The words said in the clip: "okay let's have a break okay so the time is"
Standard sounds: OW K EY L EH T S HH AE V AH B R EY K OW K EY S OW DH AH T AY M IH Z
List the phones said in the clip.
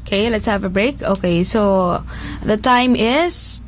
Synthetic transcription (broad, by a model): K EY L EH T S HH AE V AH B R EY K OW K EY S OW DH AH T AY M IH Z